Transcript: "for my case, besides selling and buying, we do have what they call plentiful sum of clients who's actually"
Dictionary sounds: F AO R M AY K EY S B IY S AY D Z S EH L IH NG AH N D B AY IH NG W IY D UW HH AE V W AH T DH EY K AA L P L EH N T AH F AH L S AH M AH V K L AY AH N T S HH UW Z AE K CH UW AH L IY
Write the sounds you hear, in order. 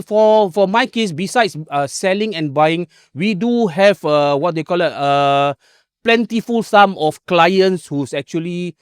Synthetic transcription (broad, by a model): F AO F M AY K EY S B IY S AY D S S EH L IH NG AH N B AY IH NG W IY D UW HH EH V W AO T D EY K AA L P L EH N T AH F AH L S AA M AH F K L AY AH N T S HH UW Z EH K CH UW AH L IY